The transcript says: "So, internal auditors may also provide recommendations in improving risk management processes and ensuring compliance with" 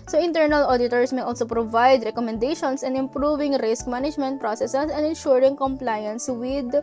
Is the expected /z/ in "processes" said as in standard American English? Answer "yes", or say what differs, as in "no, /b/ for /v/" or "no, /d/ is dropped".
no, /s/ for /z/